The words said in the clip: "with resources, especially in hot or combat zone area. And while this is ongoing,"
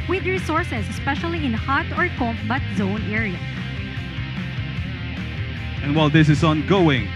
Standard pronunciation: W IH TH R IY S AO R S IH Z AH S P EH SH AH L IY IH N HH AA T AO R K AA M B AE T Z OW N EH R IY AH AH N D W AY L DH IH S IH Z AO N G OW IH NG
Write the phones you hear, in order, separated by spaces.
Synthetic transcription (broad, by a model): W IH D R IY S AO R S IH S AH S P EH SH AH L IY IH N HH AA T AO R K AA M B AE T Z OW N EH R IY AH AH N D W AY L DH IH S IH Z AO N G OW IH NG